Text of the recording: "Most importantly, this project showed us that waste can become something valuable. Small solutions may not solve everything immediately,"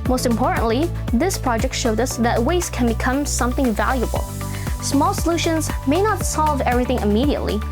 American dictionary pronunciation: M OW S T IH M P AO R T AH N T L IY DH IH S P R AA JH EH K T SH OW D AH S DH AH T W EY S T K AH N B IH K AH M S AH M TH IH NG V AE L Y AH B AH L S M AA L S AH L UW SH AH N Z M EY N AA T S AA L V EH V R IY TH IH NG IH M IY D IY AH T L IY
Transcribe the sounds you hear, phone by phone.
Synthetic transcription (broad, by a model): M OW S T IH M P AO R T N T L IY DH IH S P R AA JH EH K T SH OW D AH S DH AH T W EY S K AH N B IH K AH M S AH M TH IH NG V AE L Y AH B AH L S M AA L S AH L UW SH AH N Z M EY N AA T S AA L V EH V R IY TH IH NG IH M IY D IY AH T L IY